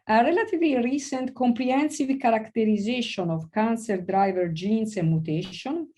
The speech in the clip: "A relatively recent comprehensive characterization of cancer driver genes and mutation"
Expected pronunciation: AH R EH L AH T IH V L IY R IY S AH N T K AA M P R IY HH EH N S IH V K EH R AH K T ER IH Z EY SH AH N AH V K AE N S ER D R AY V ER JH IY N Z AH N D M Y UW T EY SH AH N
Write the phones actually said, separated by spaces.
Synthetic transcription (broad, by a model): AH R EH L AH T IH V L IY R IY S AH N T K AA M P R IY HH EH N S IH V K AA R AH K T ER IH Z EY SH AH N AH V K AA N S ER D R AY V ER JH IY N S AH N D M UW T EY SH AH N